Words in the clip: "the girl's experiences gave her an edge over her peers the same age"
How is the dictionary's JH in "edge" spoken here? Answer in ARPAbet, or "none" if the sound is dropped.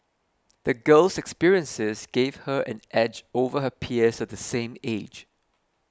JH